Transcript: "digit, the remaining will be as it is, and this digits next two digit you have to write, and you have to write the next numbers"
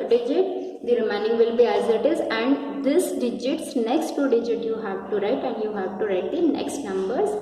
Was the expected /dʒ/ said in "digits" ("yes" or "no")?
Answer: yes